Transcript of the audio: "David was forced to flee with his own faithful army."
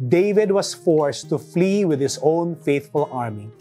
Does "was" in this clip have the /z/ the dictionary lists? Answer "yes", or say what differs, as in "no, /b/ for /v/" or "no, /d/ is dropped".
no, /s/ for /z/